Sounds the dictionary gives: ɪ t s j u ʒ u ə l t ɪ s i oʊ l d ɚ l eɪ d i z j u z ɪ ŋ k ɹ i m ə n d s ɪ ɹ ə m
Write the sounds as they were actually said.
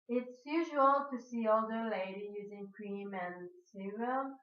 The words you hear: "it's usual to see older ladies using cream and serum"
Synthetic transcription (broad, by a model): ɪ t s j u ʒ u ə l t ɪ s i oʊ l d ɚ l eɪ d i j u z ɪ ŋ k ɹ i m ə n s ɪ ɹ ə